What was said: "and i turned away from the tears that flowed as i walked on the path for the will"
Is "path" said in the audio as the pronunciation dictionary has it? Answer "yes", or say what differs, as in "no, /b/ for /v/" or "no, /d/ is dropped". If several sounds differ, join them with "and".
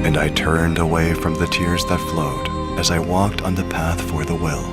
yes